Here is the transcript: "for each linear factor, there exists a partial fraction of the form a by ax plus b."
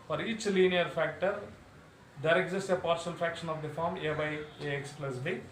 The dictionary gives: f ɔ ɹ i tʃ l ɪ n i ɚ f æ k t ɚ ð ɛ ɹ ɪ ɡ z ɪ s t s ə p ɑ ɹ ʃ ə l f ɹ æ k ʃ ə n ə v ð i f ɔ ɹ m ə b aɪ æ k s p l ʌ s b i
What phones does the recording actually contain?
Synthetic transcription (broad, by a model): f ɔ ɹ i tʃ l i n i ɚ f æ k t ɚ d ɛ ɹ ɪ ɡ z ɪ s t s ə p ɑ ɹ s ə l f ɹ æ k ʃ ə n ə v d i f ɔ ɹ m ə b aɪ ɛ k s p l ʌ s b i